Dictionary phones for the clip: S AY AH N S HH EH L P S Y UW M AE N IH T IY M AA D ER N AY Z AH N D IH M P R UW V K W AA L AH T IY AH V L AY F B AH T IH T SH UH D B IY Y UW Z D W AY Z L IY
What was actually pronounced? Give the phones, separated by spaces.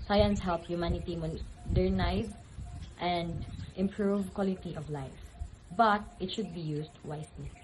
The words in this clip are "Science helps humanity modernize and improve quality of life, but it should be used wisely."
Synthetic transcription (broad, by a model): S AY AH N S HH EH L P Y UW M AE N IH T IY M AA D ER N AY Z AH N D IH M P R UW V K W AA L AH T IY AH V L AY F B AH T IH T SH UH D B IY Y UW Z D W AY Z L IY